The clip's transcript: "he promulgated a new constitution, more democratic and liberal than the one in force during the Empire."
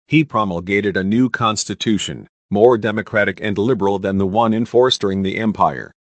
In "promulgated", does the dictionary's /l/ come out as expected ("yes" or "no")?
yes